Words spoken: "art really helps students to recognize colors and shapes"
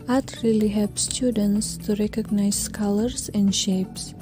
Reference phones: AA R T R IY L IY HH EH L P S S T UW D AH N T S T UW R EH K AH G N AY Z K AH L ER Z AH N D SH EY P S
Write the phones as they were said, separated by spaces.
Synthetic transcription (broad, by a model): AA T R IY L IY HH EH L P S S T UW D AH N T S T UW R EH K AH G N AY S K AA L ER S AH N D SH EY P S